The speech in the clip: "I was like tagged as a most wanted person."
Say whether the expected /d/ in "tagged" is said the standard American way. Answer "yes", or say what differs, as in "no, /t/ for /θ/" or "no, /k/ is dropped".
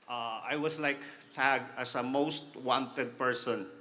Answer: no, /d/ is dropped